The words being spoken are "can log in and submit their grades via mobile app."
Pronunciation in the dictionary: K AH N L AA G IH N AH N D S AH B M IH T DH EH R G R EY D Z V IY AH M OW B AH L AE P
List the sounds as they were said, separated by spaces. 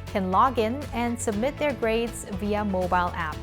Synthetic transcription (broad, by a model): K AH N L AA G IH N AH N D S AH B M IH T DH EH R G R EY D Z V IY AH M OW B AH L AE P